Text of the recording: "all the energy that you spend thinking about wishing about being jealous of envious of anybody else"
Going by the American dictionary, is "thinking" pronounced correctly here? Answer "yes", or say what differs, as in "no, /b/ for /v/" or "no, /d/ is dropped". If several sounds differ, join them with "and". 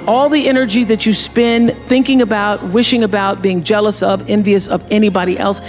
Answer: yes